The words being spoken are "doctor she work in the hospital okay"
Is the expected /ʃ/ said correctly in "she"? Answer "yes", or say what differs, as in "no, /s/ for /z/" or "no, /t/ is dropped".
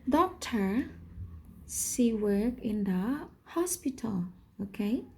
no, /s/ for /ʃ/